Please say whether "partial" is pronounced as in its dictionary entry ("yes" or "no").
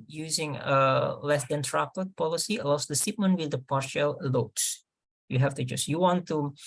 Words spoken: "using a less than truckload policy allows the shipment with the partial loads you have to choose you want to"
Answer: yes